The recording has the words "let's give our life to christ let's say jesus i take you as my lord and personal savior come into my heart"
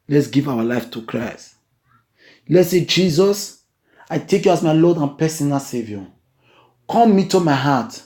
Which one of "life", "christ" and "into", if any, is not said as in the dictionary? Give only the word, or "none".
into